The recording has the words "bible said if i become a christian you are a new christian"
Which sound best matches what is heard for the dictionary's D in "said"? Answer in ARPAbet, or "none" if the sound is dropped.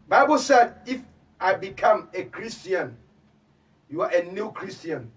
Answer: D